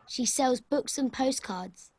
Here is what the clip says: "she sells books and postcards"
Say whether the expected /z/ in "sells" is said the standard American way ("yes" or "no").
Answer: yes